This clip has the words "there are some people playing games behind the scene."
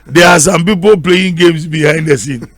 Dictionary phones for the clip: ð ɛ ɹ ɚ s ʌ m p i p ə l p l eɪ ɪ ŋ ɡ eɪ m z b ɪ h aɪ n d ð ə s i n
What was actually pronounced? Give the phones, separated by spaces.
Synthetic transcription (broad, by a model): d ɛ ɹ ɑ s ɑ m p i p ə l p l eɪ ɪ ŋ ɡ eɪ m s b ɪ h aɪ n d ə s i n